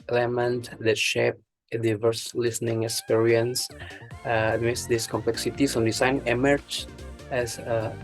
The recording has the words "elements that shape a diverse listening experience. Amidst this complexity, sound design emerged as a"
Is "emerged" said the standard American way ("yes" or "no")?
no